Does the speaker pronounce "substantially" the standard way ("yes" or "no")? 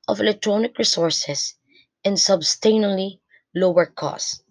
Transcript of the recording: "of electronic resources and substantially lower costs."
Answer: no